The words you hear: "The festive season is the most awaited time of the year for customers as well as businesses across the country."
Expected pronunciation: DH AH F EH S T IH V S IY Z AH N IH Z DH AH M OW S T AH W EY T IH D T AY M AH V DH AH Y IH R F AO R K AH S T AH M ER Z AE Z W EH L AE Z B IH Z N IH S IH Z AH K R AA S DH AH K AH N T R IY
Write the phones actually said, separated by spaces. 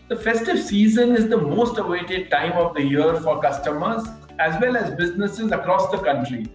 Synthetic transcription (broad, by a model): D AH F EH S T IH V S IY Z AH N IH Z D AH M OW S T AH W EY T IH D T AY M AH V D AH Y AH R F AO R K AH S T AH M ER Z AE Z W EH L AE Z B IH Z N IH S IH Z AH K R AA S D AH K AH N T R IY